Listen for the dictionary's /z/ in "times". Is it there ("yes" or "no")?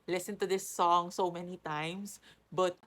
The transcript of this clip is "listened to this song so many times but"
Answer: no